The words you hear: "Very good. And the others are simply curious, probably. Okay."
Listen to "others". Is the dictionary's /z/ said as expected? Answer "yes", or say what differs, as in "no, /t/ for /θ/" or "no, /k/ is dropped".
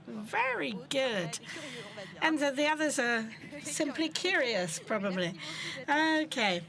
yes